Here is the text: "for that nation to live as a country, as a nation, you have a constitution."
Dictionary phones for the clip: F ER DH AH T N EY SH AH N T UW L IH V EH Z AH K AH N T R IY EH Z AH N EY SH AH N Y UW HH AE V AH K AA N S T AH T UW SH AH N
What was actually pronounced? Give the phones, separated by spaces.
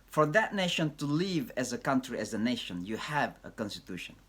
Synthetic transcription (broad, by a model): F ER DH AH T N EY SH AH N T UW L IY V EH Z AH K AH N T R IY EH Z AH N EY SH AH N Y UW HH AE V AH K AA N S T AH T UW SH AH N